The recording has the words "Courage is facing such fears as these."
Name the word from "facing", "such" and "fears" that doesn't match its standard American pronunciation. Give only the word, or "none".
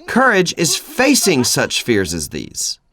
none